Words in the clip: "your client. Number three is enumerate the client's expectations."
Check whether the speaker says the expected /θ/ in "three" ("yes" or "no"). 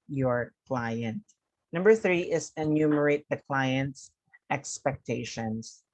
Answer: yes